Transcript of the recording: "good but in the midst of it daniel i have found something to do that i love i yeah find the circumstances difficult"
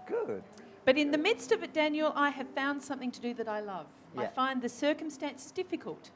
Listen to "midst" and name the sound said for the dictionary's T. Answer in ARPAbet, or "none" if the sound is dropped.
T